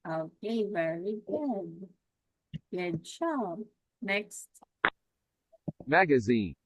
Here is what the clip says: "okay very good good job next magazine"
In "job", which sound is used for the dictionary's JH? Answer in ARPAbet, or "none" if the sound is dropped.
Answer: CH